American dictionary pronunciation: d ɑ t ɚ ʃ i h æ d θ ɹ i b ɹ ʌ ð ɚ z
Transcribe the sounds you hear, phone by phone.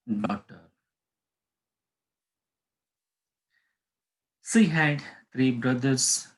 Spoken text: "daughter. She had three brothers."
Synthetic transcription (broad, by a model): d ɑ t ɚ s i h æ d t ɹ i b ɹ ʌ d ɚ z